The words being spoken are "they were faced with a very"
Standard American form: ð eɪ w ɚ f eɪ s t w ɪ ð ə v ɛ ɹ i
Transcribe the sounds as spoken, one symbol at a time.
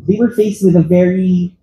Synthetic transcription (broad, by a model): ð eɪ w ɚ f eɪ s t w ɪ ð ə v ɛ ɹ i